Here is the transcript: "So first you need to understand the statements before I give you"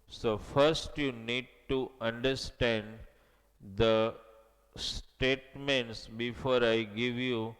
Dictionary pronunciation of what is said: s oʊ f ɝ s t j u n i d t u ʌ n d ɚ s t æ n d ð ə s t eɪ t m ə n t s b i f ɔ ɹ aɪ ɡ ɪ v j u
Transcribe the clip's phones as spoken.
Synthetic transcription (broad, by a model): s oʊ f ɝ s t j u n i d t u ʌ n d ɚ s t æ n d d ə s t eɪ t m ə n t s b i f ɔ ɹ aɪ ɡ ɪ v j u